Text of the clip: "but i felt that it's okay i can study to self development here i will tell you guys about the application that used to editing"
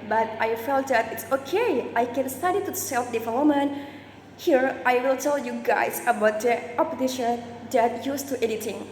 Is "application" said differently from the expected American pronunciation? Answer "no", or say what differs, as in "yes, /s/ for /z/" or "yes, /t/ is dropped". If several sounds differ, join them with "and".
yes, /l/ is dropped